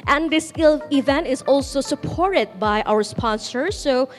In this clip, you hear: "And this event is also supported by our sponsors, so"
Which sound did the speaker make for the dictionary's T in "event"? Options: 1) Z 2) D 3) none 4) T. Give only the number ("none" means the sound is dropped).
4